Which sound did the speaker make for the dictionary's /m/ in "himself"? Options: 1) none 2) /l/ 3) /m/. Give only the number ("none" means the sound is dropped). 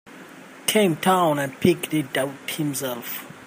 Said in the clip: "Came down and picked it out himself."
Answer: 3